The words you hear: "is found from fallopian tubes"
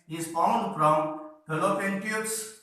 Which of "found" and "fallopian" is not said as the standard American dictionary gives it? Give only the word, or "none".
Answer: fallopian